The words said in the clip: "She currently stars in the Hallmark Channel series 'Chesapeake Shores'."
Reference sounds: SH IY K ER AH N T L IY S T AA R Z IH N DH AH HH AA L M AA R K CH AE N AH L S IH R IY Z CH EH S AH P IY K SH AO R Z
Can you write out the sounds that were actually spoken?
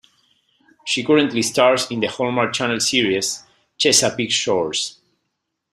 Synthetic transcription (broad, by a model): SH IY K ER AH N T L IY S T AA R S IH N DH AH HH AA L M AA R CH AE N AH L S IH R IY S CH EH S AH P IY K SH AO R S